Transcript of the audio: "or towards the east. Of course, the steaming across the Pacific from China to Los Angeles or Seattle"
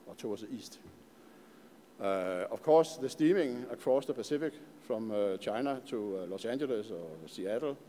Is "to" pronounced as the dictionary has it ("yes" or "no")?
no